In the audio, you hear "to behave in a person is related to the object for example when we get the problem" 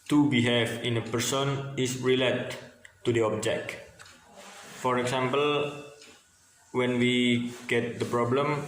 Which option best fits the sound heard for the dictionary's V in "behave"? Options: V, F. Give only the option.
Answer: F